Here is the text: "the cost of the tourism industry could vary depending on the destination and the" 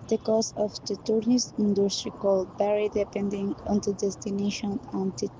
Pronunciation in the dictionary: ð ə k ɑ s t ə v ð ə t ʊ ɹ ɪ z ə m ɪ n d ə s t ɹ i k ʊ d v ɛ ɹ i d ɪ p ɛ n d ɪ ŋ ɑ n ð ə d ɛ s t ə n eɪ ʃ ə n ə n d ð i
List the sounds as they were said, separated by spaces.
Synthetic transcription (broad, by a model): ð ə k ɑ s ə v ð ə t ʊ ɹ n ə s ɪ n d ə s t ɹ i k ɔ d b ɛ ɹ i d ɪ p ɛ n d ɪ ŋ ɑ n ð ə d ɛ s t ə n eɪ ʃ ə n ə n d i